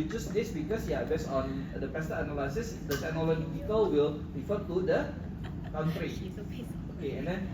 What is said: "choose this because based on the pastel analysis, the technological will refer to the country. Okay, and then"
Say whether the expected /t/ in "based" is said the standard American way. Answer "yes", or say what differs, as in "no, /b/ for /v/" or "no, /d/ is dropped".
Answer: no, /t/ is dropped